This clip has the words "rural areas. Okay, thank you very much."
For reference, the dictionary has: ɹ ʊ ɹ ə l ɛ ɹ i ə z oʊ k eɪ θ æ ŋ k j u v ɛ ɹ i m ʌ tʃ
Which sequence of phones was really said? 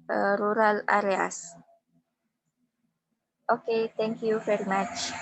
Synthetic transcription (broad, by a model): ɹ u ɹ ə l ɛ ɹ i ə s oʊ k eɪ t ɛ ŋ k j u v ɛ ɹ i m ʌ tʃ